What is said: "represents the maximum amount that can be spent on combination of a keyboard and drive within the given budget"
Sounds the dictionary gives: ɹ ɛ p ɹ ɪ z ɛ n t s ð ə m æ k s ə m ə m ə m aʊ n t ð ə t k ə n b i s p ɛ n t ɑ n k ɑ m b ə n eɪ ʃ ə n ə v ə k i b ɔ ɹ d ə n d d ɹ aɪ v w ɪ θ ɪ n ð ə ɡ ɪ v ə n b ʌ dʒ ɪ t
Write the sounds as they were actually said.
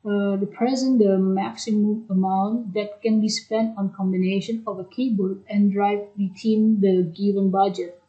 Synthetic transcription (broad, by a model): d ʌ p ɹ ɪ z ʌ n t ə m æ k s ə m ə m ə m aʊ n t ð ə t k ə n b i s p ɛ n t ɑ n k ɑ m b ə n eɪ ʃ ə n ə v ə k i b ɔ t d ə n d d ɹ aɪ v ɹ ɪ t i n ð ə ɡ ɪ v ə n b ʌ dʒ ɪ t